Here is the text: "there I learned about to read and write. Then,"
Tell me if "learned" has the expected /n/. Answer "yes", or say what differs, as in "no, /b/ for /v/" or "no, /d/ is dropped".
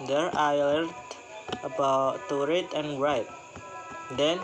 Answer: no, /n/ is dropped